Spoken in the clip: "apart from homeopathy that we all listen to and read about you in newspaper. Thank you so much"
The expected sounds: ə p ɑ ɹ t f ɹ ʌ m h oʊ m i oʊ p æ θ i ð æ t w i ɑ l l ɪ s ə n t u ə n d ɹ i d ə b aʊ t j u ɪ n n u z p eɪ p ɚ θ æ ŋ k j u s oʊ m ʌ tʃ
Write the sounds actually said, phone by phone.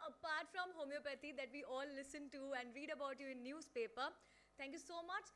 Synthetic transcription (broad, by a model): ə p ɑ ɹ t f ɹ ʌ m h oʊ m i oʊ p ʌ t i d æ t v i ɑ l l ɪ s ə n t u ə n d ɹ i d ə b aʊ t j u ɪ n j u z p eɪ p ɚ t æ ŋ k j u s oʊ m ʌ tʃ